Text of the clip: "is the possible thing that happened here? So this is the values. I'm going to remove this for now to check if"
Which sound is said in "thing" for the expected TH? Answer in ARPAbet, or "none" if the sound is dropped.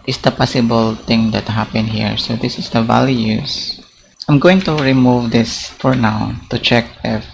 T